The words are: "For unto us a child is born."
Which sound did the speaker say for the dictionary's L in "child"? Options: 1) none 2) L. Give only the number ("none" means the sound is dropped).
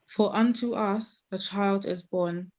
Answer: 2